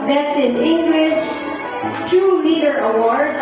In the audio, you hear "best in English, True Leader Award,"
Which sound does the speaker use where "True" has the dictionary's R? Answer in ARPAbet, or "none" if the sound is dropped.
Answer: none